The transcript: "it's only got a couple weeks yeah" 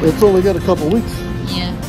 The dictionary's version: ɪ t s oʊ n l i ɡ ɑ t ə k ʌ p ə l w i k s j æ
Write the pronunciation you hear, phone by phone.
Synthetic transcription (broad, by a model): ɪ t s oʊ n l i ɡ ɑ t ə k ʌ p l w i k s